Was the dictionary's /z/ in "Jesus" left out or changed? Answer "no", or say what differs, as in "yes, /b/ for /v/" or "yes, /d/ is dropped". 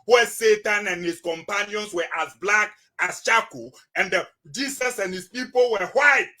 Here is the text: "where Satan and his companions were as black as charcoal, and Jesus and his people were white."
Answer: yes, /s/ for /z/